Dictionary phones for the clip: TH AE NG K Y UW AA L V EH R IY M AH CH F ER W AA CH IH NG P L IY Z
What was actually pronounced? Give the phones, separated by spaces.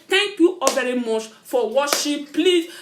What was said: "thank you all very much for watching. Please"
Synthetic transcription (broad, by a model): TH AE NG K Y UW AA V EH R IY M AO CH F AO W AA SH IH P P L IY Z